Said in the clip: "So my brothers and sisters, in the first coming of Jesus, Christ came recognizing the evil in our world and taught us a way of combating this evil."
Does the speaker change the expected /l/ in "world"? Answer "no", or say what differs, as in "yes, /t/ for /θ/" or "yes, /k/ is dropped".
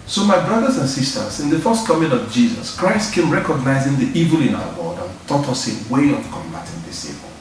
yes, /l/ is dropped